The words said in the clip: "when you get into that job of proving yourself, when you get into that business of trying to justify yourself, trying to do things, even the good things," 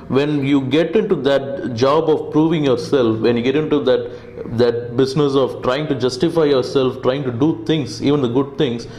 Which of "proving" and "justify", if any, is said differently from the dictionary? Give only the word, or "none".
none